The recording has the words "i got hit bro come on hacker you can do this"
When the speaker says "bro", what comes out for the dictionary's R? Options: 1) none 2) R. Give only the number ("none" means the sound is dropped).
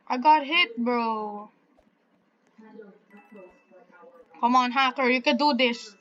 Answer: 2